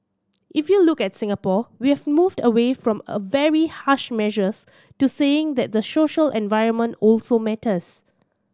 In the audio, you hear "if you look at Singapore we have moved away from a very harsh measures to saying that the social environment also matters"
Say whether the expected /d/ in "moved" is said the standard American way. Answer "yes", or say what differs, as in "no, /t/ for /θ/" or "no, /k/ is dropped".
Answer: yes